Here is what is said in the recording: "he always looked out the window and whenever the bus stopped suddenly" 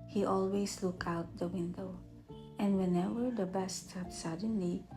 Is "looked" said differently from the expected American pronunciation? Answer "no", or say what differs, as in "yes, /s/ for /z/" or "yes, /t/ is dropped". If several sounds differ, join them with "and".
yes, /t/ is dropped